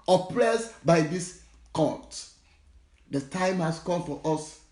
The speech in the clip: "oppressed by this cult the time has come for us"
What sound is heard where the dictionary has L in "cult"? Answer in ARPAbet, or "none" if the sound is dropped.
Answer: N